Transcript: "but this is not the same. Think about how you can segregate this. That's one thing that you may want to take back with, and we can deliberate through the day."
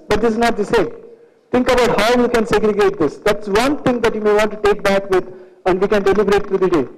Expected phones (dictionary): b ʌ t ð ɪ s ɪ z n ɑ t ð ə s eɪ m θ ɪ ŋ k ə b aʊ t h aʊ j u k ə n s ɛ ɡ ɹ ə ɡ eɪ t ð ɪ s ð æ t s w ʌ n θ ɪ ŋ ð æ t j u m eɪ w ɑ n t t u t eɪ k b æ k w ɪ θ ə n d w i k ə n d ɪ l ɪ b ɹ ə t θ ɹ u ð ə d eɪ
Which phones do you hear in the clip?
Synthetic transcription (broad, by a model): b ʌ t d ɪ s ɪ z n ɑ t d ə s eɪ m t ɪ ŋ k ə b aʊ t h aʊ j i k ə n s ɛ ɡ ɹ ə ɡ eɪ t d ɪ s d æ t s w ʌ n t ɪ ŋ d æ t j u m eɪ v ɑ n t t u t eɪ k b æ k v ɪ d ə n d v i k ə n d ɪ l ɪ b ɹ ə t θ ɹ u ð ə d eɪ